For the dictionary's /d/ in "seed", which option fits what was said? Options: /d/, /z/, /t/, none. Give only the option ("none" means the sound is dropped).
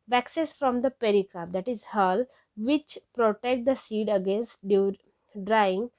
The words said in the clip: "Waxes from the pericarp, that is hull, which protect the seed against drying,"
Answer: /d/